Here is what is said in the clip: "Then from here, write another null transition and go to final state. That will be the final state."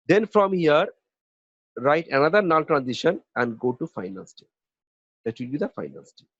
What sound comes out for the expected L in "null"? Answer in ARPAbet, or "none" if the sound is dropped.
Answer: N